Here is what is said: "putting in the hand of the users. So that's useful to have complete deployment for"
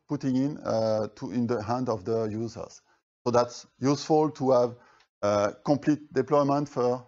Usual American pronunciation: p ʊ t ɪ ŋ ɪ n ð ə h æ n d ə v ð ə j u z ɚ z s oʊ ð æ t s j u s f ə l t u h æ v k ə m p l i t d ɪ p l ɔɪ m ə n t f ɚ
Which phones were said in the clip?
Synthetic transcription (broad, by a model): p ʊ t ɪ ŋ ɪ n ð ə h æ n d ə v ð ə j u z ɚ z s oʊ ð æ t s j u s f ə l t u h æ v k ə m p l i t d ɪ p l ɔɪ m ə n t f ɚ